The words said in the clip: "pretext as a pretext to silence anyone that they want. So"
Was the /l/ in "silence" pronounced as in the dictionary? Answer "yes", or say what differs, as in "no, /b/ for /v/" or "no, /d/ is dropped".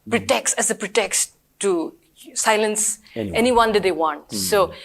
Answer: yes